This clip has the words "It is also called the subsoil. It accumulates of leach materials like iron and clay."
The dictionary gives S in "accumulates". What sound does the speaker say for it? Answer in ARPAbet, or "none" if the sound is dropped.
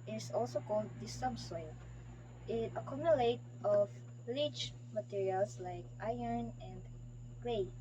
none